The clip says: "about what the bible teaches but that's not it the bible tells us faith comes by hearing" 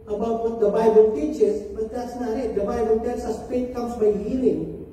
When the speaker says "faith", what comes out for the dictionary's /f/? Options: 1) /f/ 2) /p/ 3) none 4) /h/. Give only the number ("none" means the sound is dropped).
2